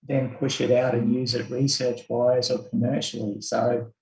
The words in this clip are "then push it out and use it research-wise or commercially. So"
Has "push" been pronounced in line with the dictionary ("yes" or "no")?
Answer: yes